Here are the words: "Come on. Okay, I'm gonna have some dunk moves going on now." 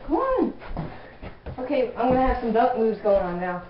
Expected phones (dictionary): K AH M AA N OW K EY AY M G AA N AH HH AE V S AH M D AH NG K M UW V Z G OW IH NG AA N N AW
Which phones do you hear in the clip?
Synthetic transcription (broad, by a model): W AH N OW K EY AY M G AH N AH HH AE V S AH M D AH K M UW V Z G OW IH NG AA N N AW